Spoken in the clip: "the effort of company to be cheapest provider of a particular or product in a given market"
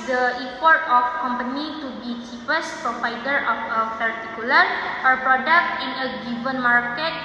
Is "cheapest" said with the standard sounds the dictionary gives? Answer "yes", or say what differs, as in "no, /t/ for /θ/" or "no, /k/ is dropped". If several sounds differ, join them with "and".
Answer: no, /f/ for /p/